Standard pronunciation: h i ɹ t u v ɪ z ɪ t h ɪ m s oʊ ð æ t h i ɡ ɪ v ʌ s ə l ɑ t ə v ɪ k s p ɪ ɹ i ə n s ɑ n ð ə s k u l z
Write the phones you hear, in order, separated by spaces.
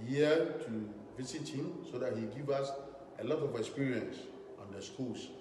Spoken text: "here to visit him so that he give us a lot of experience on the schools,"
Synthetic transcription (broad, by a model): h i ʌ t u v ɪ s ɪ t h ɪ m s oʊ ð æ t h i ɡ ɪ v ʌ s ə l ɑ t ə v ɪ k s p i ɹ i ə n s ɑ n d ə s k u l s